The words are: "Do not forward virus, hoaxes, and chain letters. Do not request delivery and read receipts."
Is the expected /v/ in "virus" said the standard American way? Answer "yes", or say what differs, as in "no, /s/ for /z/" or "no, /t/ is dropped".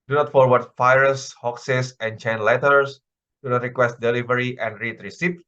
no, /f/ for /v/